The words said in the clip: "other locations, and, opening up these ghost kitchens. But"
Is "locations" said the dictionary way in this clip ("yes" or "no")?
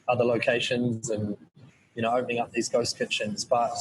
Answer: yes